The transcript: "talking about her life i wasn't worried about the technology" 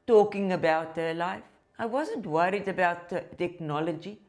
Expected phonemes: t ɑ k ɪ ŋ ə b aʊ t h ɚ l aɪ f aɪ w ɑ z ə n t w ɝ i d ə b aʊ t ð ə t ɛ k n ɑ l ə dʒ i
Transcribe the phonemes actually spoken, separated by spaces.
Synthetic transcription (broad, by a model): t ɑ k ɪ ŋ ə b aʊ t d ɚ l aɪ f aɪ w ɑ z ə n t w ɝ i d ə b aʊ t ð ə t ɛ k n ɑ l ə dʒ i